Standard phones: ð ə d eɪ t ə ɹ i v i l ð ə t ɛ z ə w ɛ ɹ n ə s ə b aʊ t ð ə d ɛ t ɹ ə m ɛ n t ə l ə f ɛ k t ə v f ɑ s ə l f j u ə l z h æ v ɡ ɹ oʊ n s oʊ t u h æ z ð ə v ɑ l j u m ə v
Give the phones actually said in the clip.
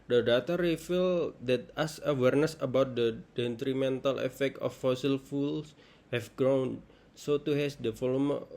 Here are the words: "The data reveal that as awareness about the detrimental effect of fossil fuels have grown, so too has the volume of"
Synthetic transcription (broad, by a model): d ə d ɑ t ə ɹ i f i l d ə t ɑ s ə w ɛ ɹ n ə s ə b aʊ t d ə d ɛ t ɹ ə m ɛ n t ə l ə f ɛ k t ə f ɑ s ə l f u l s h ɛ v ɡ ɹ oʊ n s oʊ t u h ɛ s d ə f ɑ l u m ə